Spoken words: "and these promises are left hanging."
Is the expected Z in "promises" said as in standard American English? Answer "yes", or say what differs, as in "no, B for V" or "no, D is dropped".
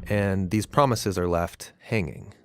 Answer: yes